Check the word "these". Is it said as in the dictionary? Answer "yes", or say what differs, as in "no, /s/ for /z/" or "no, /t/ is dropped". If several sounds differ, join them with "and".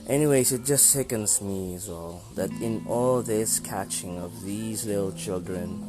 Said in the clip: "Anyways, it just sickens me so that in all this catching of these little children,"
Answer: yes